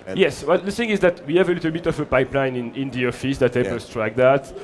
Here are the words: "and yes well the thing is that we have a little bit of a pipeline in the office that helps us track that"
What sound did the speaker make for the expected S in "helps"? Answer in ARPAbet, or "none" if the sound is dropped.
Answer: none